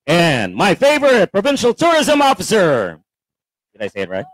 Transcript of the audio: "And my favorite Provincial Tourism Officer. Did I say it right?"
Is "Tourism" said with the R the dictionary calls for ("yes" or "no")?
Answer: yes